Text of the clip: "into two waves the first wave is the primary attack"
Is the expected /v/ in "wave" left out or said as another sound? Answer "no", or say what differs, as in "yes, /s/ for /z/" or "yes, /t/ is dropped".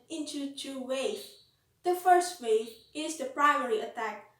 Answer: yes, /v/ is dropped